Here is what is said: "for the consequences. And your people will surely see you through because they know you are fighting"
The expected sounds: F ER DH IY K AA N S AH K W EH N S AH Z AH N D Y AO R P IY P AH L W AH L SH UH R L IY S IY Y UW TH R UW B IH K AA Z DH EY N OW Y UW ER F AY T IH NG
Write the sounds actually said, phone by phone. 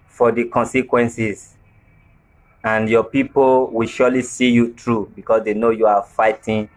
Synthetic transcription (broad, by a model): F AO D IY K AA N S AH K W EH N S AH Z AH N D Y AO P IY P AH L W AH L SH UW L IY S IY Y UW T R UW B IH K AA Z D EY N OW Y UW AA F AY T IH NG